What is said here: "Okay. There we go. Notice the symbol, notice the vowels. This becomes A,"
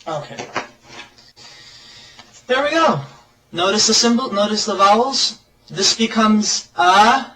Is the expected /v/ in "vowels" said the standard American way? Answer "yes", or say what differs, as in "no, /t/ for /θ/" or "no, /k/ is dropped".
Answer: yes